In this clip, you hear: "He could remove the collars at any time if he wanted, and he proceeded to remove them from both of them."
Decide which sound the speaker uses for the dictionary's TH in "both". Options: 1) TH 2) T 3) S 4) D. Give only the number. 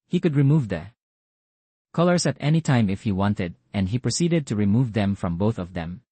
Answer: 1